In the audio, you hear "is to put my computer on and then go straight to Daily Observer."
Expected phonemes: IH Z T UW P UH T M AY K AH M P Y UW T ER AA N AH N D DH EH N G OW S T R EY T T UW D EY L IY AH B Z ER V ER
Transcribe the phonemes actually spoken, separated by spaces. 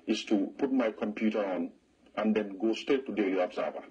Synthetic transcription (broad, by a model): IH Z T UW P UH T M AY K AH M P Y UW T ER AA N AH N D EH N G OW S T EY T T UW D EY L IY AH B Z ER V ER